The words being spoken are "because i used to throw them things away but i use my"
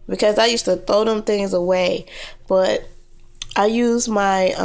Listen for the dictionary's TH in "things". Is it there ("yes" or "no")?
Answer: yes